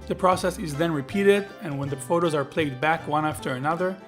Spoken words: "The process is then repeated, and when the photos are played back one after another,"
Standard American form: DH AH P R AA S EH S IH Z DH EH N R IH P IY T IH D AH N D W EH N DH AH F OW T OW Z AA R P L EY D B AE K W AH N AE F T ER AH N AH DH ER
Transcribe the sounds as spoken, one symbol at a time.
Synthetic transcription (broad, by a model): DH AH P R AA S EH S IH Z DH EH N R IH P IY T IH D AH N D W EH N DH AH F OW T OW Z AA R P L EY D B AE K W AH N AE F T ER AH N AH DH ER